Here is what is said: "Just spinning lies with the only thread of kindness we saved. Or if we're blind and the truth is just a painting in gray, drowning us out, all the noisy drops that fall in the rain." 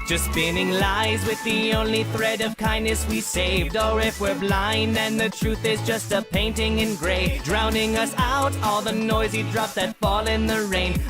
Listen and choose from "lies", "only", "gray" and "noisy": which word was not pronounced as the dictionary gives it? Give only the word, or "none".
none